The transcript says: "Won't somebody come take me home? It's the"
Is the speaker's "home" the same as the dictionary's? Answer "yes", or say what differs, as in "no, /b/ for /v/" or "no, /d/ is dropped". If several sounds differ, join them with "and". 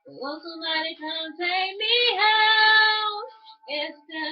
no, /m/ is dropped